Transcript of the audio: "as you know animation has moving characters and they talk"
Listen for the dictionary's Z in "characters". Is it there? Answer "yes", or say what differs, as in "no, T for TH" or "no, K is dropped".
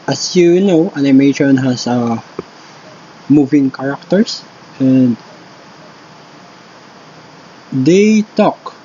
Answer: no, S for Z